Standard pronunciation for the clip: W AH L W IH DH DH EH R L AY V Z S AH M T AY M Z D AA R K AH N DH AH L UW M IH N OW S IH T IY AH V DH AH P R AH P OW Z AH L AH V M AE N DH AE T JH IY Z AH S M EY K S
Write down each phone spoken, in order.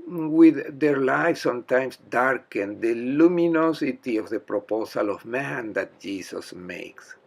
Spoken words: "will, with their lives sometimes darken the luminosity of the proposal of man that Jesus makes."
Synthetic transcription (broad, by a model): W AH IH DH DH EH R L AY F S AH M T AY M S D AA R K AH N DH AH L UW M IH N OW S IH T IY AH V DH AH P R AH P OW S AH L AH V M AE N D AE T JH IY S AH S M EY K S